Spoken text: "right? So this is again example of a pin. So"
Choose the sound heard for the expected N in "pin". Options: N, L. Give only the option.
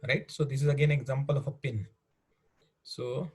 N